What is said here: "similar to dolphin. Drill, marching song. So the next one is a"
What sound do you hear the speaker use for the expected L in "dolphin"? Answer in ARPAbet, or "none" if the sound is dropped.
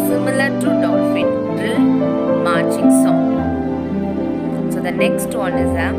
none